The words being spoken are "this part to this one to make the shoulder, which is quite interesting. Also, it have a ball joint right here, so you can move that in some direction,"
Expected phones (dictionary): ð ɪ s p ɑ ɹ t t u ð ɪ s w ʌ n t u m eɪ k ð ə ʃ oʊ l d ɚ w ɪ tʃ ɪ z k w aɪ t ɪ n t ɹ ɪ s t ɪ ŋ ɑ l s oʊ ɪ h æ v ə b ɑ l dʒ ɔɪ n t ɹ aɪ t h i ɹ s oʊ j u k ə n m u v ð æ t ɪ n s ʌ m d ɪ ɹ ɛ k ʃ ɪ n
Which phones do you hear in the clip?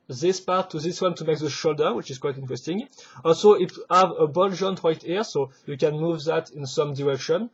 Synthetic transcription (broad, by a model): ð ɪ s p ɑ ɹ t t u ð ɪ s w ʌ n t u m eɪ k ð ə ʃ oʊ l d ɚ w ɪ tʃ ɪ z k w aɪ t ɪ n t ɹ ɪ s t ɪ ŋ ɑ l s oʊ ɪ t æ v ə b ɑ l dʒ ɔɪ n t ɹ aɪ t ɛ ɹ s oʊ j u k ə n m u v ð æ t ɪ n s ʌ m d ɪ ɹ ɛ k ʃ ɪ n